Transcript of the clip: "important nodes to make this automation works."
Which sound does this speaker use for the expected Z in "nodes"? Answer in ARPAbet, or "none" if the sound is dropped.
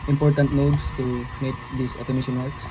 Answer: S